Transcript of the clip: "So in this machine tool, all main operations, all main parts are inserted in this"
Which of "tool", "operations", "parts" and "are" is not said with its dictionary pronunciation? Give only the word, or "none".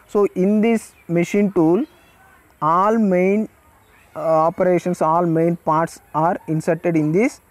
operations